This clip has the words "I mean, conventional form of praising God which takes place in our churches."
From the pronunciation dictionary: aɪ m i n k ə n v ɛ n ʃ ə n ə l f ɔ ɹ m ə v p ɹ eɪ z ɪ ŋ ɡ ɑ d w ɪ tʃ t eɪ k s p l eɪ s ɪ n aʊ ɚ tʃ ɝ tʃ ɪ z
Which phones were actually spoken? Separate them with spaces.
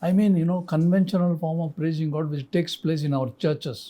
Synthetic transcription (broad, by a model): aɪ m i n k ə n v ɛ n ʃ ə n ə l f ɔ ɹ m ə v p ɹ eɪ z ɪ ŋ ɡ ɑ d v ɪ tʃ t eɪ k s p l eɪ s ɪ n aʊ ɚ tʃ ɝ tʃ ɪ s